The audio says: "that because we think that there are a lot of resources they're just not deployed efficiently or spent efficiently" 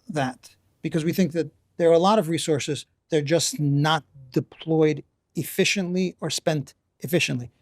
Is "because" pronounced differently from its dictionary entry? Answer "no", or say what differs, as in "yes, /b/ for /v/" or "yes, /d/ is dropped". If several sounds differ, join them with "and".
no